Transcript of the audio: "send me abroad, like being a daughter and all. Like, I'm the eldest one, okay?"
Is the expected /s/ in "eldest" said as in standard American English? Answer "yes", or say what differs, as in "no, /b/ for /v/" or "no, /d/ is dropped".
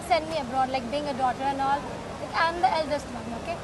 yes